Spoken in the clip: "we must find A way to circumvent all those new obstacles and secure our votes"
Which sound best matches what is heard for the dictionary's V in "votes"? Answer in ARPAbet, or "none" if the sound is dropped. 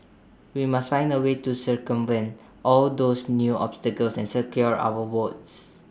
W